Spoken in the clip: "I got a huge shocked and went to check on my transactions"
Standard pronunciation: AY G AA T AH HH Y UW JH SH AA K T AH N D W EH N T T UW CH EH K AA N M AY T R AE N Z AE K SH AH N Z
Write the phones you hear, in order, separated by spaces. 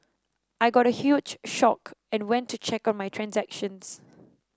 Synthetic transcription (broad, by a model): AY G AA T AH HH Y UW JH SH AA K AH N W EH N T T UW CH EH K AA N M AY T R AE N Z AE K SH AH N S